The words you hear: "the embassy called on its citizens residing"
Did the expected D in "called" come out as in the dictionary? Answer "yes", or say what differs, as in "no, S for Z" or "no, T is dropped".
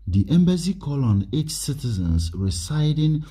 no, D is dropped